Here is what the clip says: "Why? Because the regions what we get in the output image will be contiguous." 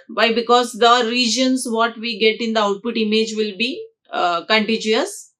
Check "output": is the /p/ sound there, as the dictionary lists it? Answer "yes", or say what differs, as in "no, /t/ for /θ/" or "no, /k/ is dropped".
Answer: yes